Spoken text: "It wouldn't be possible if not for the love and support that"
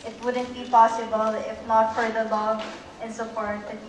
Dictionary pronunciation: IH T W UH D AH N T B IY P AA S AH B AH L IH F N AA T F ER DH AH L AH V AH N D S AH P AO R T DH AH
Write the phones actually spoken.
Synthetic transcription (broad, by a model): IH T W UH D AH N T B IY P AA S AH B AH L IH F N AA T F ER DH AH L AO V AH N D S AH F AO R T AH